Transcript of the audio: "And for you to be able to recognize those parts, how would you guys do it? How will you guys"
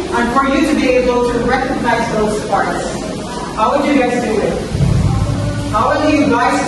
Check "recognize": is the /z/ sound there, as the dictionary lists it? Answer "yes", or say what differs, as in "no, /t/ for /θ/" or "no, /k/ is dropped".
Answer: yes